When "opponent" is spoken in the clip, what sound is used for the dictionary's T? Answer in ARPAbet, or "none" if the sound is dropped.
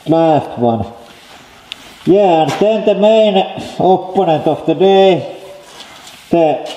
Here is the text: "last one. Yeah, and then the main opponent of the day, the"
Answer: T